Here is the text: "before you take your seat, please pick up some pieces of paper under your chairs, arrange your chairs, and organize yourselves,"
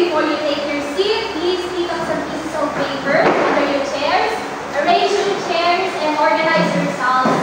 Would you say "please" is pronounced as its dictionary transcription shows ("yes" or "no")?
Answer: yes